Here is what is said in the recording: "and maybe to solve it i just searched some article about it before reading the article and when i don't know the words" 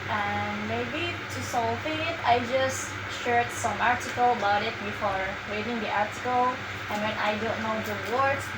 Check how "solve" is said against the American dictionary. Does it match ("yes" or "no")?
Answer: no